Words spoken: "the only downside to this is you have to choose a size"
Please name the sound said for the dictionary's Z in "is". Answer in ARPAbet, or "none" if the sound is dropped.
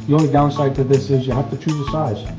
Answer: Z